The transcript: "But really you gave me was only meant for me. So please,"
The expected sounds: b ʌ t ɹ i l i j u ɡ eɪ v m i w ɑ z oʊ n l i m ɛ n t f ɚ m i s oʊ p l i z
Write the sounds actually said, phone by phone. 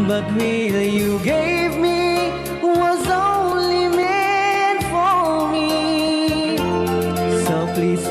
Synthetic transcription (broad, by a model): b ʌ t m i i j u ɡ eɪ v m i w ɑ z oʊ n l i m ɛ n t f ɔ m i s oʊ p l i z